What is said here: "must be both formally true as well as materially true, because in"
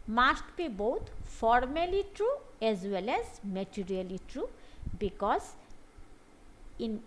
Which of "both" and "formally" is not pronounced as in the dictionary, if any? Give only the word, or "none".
both